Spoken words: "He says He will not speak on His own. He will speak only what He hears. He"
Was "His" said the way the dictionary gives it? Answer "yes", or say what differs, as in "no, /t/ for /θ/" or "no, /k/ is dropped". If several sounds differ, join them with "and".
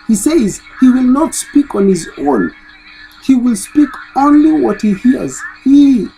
yes